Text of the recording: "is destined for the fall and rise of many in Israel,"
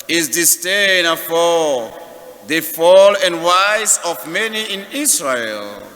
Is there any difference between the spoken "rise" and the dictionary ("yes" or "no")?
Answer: yes